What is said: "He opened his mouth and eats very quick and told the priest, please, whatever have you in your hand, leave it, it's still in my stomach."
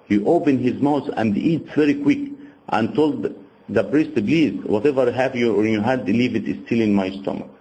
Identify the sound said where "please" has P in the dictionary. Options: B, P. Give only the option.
B